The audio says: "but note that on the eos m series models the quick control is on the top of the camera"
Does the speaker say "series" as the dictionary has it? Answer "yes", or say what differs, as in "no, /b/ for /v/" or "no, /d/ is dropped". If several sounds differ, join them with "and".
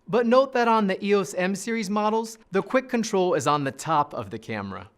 yes